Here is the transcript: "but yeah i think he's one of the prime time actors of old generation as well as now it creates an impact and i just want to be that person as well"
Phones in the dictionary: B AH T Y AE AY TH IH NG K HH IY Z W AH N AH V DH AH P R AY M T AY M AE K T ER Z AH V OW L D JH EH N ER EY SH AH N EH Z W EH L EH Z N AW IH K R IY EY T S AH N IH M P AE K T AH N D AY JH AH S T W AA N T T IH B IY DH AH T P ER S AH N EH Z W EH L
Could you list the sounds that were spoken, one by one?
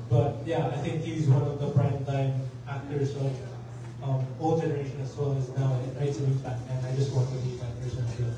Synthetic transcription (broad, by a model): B AH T Y AE AY TH IH NG K HH IY Z W AH N AH V DH AH F R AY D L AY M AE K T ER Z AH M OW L JH EH N ER EY SH AH N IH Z W EH L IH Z N AW IH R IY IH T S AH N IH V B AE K AH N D AY JH AH S T W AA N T T IH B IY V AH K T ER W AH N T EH